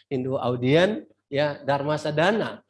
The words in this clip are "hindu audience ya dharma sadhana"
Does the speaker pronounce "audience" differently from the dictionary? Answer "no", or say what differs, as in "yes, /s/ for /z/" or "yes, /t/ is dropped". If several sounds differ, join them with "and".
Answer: yes, /s/ is dropped